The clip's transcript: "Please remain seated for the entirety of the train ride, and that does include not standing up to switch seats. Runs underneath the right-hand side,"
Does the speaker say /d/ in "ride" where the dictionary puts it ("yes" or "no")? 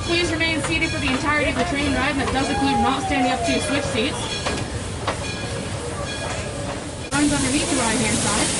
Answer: no